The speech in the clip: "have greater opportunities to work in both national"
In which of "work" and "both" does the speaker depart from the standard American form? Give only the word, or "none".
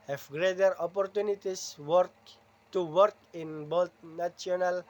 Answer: both